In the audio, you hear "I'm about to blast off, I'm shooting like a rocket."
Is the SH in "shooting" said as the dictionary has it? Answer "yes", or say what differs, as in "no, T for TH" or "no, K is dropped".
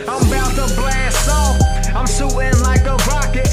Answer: no, S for SH